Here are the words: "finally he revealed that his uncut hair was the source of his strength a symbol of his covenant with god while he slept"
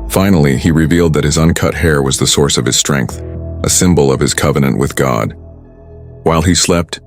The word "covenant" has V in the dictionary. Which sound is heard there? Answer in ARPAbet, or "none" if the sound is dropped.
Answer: V